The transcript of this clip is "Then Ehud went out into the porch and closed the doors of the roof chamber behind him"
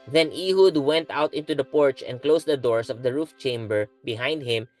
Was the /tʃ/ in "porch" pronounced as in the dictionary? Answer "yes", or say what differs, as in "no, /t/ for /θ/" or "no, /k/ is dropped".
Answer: yes